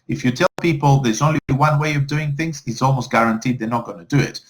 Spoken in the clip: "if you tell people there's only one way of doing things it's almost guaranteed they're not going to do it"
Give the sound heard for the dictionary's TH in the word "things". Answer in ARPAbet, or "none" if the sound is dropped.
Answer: TH